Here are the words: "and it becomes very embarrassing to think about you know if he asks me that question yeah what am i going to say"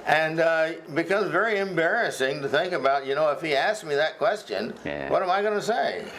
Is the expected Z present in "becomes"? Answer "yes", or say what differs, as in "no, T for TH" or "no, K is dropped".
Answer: yes